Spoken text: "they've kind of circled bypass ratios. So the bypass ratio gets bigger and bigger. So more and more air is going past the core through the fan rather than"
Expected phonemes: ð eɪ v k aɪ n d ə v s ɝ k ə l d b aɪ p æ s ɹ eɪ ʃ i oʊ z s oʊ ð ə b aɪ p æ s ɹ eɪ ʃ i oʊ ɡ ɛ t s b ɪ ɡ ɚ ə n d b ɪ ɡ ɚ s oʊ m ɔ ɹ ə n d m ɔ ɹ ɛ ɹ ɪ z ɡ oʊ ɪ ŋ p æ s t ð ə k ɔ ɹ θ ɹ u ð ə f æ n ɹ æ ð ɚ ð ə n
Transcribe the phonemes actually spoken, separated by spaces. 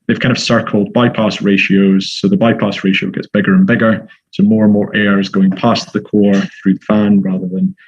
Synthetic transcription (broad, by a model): ð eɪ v k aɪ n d ə v s ɝ k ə l d b aɪ p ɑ s ɹ eɪ ʃ i oʊ z s oʊ ð ə b aɪ p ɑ s ɹ eɪ ʃ i oʊ ɡ ɛ t s b ɪ ɡ ɚ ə n b ɪ ɡ ɚ s oʊ m ɔ ɹ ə n m ɔ ɹ ɛ ɹ ɪ z ɡ oʊ ɪ ŋ p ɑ s ð ə k ɔ ɹ θ ɹ u ð ə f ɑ n ɹ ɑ ð ɚ ð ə n